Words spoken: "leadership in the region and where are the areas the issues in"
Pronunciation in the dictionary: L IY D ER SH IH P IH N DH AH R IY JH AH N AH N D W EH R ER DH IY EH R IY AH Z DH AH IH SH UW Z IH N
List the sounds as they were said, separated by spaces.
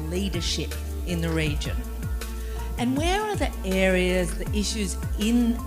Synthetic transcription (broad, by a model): L IY D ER SH IH P IH N DH AH R IY JH AH N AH N W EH R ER DH IY EH R IY AH Z DH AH IH SH UW Z IH N